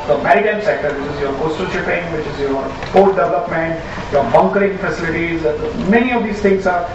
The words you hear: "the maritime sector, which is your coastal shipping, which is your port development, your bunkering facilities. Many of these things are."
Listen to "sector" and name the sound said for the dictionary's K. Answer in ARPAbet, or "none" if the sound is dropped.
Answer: K